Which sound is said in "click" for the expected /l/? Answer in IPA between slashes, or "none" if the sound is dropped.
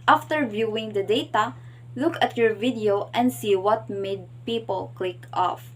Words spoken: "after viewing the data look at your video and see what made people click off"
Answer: /l/